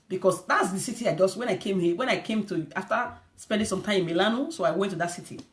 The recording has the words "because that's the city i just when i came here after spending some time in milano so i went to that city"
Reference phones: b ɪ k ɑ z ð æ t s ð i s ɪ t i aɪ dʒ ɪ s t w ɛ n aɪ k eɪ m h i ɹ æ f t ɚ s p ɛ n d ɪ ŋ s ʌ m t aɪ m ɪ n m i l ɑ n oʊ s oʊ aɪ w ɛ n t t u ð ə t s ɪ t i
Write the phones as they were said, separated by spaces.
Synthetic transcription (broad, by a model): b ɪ k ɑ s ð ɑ t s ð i s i t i aɪ dʒ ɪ s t w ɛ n aɪ k eɪ m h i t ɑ f t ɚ s p ɛ n d ɪ ŋ s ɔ m t aɪ m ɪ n m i l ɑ n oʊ s oʊ aɪ w ɛ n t t u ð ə t s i t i